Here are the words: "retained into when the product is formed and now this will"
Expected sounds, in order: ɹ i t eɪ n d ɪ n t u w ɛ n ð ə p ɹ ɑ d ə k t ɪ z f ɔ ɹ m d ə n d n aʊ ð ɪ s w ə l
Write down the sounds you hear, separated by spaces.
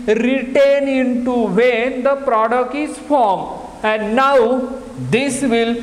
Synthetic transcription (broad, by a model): ɹ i t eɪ n ɪ n t u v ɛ n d ə p ɹ ɑ d ə k t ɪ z f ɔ ɹ m ə n d n aʊ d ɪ s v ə l